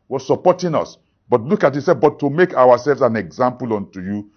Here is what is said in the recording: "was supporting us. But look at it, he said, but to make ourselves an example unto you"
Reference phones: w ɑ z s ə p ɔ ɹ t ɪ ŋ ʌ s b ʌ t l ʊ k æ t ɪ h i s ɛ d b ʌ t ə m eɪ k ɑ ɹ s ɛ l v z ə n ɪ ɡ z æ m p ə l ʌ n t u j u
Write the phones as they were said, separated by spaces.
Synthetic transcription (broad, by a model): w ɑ s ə p ɔ t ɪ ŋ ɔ s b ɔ t l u k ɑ t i s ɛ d b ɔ t ə m eɪ k ɑ w s ɛ l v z ə n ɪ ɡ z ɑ m p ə l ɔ n t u j u